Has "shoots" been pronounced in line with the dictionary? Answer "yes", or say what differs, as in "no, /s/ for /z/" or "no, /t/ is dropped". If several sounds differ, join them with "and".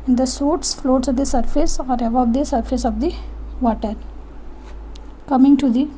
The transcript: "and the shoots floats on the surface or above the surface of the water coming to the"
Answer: no, /s/ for /ʃ/